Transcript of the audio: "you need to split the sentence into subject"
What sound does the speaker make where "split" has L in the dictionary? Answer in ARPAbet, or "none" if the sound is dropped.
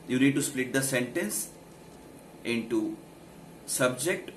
L